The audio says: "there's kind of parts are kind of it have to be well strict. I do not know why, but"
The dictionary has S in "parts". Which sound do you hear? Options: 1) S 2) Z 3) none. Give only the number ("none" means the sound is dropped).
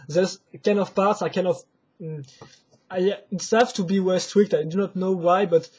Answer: 1